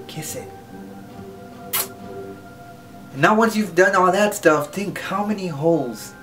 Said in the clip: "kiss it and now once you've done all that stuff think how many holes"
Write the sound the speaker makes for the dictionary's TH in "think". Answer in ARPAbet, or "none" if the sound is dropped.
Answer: TH